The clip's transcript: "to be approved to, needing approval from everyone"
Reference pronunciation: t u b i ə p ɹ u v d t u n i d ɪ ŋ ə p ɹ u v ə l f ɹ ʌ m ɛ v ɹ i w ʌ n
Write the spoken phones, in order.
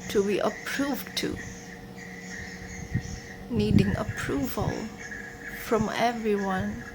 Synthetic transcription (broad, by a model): t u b i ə p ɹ u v t u n i d ɪ ŋ ə p ɹ u v ə l f ɹ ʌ m ɛ v ɹ i w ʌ n